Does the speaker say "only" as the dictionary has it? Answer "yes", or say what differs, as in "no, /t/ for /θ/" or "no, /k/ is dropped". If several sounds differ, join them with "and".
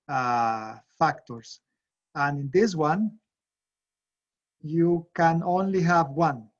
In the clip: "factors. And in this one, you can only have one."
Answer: yes